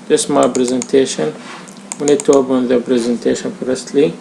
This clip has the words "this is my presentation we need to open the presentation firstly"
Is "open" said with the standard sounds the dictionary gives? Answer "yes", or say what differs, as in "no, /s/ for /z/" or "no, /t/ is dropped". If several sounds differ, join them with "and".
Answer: no, /b/ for /p/